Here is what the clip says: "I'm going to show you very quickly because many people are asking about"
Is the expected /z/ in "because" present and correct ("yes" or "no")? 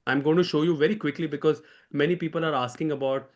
yes